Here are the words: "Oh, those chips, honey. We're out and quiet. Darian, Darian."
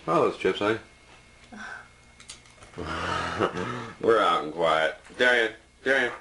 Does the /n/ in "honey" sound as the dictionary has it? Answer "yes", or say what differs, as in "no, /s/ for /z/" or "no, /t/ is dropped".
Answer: no, /n/ is dropped